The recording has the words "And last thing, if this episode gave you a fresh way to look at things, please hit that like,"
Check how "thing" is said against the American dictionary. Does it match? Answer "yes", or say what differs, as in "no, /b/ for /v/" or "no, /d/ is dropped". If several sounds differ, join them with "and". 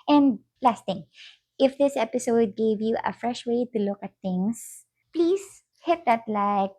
no, /t/ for /θ/